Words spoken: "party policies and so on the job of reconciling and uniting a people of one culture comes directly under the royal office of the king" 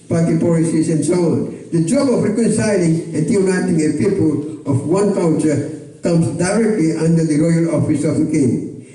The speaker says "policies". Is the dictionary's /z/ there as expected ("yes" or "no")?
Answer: no